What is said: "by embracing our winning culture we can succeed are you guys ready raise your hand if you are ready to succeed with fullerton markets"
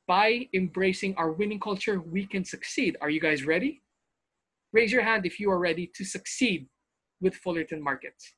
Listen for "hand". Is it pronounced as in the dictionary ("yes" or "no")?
yes